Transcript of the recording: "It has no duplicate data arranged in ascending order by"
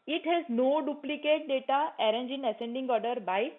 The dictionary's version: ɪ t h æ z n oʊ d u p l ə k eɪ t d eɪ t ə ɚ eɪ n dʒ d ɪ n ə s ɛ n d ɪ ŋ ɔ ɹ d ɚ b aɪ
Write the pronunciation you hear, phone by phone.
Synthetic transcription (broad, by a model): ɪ t h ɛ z n oʊ d u p l ə k eɪ t d eɪ t ə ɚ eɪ n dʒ ɪ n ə s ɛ n d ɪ ŋ ɔ ɹ d ɚ b aɪ